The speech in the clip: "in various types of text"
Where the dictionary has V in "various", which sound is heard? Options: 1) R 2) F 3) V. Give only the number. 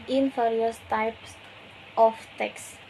2